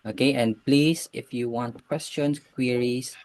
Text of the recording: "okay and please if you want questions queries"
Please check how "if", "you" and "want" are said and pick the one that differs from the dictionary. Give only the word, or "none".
none